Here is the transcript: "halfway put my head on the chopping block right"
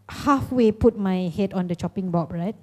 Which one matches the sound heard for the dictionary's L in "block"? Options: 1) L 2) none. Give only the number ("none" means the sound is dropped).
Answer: 2